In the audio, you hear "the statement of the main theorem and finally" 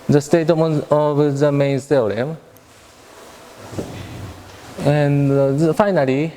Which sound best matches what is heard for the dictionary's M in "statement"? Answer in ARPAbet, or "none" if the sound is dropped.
none